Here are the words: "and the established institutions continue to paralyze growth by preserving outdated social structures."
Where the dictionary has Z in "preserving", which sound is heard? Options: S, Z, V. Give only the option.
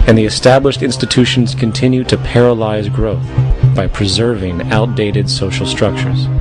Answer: Z